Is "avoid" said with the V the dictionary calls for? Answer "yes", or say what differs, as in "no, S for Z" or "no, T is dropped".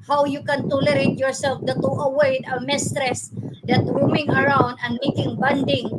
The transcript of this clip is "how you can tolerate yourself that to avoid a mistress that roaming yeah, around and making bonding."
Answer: no, W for V